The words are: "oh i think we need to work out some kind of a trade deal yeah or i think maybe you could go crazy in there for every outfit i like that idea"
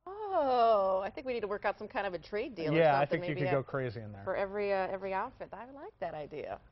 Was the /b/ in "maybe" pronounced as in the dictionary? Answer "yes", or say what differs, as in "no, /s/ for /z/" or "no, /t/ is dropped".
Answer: no, /b/ is dropped